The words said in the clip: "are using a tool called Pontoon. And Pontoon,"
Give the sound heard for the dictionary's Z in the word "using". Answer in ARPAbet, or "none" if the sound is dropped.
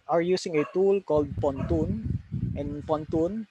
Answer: S